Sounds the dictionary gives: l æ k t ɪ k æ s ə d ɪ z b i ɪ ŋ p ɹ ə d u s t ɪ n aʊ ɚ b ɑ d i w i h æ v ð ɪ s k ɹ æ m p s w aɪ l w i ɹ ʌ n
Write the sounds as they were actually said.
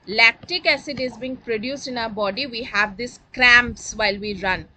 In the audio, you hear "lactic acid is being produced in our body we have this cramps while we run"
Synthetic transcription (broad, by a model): l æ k t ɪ k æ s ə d ɪ z b i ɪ ŋ p ɹ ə d u s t ɪ n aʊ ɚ b ɑ d i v i h æ v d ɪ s k ɹ æ m p s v aɪ l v i ɹ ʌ n